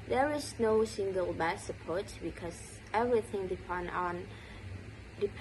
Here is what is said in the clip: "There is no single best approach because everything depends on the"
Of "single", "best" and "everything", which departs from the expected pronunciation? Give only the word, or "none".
best